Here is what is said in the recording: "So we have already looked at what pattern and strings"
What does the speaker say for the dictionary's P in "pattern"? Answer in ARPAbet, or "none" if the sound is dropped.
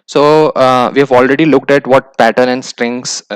P